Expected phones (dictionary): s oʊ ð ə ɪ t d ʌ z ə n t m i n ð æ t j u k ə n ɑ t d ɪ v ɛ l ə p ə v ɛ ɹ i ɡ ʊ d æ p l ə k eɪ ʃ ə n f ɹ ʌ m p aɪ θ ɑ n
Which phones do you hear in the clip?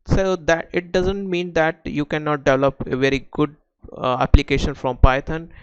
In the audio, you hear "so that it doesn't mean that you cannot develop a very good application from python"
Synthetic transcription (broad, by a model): s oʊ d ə ɪ t d ʌ z ə n t m i n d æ t j u k ə n ɑ t d ɪ v ɛ l ə p ə v ɛ ɹ i ɡ ʊ d æ p l ə k eɪ ʃ ə n f ɹ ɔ m p aɪ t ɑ n